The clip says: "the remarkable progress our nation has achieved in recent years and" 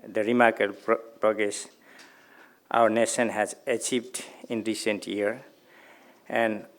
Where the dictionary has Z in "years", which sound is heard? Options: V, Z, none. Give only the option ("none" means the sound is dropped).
none